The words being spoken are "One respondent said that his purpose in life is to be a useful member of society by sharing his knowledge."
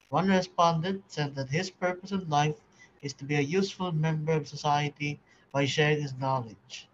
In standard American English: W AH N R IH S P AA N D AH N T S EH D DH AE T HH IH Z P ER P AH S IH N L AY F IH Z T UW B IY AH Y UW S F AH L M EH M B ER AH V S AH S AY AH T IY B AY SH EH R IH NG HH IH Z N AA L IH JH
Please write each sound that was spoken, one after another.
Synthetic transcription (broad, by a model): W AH N R IH S P AA N D AH N T S EH D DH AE T HH IH Z P ER P AH S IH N L AY F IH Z T UW B IY AH Y UW S F AH L M EH M B ER AH V S AH S AY AH T IY B AY SH EH R IH NG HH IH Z N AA L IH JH